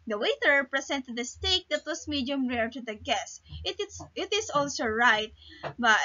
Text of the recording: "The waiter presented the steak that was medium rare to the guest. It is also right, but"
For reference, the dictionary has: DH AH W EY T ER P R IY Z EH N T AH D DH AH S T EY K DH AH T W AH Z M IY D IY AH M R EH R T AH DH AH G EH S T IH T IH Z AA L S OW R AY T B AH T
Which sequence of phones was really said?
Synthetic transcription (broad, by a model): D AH W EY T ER P R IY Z EH N T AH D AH S T EY K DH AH T W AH S M IY D IY AH M R EH R T AH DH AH G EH S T IH T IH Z AA L S OW R AY T B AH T